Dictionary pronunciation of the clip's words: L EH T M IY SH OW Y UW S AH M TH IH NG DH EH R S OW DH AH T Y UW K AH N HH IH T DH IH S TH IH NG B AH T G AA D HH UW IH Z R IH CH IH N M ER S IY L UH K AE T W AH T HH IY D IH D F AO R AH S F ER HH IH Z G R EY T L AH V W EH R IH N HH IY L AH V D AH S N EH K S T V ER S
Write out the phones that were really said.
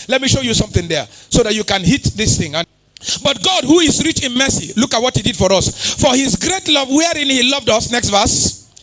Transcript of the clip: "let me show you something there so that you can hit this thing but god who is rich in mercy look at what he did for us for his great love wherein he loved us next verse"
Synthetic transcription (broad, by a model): L EH T M IY SH OW Y UW S AH M TH IH NG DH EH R S OW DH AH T Y UW K AH N HH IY T DH IH S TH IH NG B AH T G AA D HH UW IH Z R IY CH IH N M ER S IY L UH K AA T W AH T HH IY D IH D F AO R AH S F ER HH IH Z G R EY T L AH V W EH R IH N HH IY L AH V D AH S N EH K S T V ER S